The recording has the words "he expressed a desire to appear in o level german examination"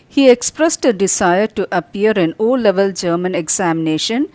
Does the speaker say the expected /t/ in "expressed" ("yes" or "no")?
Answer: yes